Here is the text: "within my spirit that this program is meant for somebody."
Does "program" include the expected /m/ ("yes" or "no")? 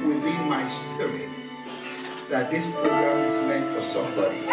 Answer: no